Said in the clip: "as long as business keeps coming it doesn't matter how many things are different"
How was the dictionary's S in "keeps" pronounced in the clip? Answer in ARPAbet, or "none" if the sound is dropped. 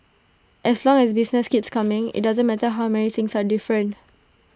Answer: S